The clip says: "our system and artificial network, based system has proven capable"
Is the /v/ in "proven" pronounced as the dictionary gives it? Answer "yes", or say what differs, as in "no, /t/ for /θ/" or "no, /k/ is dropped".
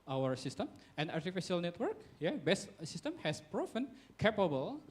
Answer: no, /f/ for /v/